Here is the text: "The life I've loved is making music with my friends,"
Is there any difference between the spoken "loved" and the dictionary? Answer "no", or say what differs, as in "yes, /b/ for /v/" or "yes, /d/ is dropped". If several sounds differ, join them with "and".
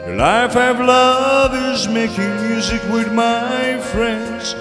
yes, /d/ is dropped